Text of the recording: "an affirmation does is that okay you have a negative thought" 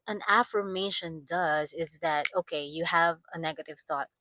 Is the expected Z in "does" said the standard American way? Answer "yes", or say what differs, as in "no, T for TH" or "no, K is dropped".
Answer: yes